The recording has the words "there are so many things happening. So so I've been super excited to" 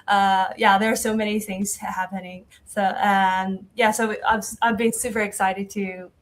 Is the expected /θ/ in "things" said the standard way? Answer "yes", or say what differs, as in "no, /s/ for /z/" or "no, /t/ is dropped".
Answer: yes